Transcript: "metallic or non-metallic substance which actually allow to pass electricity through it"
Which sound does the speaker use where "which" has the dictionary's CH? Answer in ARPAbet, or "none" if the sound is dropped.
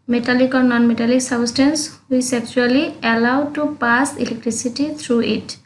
S